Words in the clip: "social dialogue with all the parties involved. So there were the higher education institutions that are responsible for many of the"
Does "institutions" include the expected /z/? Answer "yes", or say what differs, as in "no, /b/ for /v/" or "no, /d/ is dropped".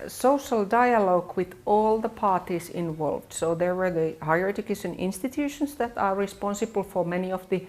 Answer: no, /s/ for /z/